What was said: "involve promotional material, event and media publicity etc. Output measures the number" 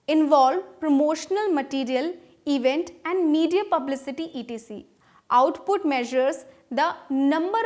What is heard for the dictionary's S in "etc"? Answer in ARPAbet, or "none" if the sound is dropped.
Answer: none